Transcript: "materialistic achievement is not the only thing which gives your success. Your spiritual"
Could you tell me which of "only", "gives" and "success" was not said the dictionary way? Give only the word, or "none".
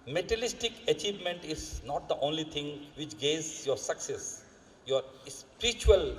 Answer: gives